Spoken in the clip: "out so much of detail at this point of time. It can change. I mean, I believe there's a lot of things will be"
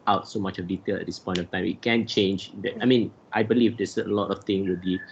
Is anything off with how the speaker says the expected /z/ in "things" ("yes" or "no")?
yes